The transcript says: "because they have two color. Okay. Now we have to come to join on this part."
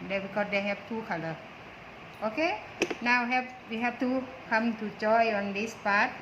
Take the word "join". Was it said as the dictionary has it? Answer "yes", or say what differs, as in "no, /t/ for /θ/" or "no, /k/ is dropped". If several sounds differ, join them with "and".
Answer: no, /n/ is dropped